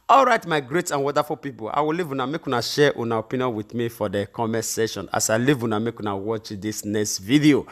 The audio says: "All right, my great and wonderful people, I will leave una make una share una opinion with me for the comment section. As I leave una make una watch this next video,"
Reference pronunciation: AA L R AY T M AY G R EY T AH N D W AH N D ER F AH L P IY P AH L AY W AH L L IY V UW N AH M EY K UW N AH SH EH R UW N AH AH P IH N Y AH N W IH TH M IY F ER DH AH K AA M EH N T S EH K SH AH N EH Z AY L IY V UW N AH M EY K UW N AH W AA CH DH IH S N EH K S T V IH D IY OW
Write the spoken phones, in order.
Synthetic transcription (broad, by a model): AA L R AY T M AY G R EY T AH N W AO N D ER F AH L P IY P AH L AY W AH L L IY V UW N AH M EY K UW N AH SH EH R UW N AH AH P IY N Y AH N W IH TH M IY F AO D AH K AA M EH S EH SH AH N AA S AY L IY V UW N AH M EY K UW N AH W AA CH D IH S N EH K S T V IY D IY OW